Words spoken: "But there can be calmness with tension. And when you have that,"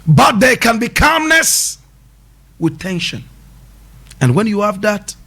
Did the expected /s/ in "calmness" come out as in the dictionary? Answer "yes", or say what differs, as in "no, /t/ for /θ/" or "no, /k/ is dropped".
yes